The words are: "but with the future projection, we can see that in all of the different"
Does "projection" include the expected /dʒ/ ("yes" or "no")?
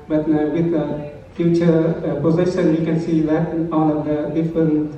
no